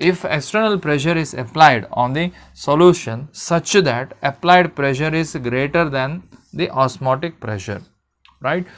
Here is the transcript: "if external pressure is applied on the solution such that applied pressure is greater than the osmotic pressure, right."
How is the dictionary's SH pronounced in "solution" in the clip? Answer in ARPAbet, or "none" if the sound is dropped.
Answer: SH